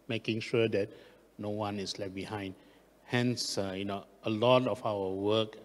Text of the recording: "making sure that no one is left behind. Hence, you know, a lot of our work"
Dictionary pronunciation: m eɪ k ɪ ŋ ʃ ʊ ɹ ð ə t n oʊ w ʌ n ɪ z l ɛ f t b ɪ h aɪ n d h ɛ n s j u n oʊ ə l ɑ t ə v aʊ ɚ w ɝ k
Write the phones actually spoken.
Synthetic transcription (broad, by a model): m eɪ k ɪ ŋ ʃ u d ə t n oʊ w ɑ n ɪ s l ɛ t b ɪ h aɪ n d h ɛ n s j u n oʊ ə l ɑ t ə f aʊ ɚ w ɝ k